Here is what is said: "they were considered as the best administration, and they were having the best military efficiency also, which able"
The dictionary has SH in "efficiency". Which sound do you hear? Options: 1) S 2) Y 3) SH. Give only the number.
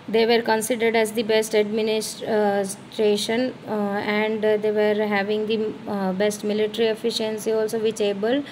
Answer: 3